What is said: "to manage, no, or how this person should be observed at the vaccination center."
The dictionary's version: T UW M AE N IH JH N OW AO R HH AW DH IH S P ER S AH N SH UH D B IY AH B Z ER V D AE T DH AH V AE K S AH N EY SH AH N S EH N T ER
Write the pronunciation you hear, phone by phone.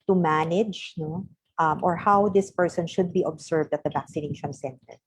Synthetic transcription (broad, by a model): T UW M AE N IH JH N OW AO R HH AW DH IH S P ER S AH N SH UH D B IY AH B S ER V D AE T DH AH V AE K S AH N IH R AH N S EH N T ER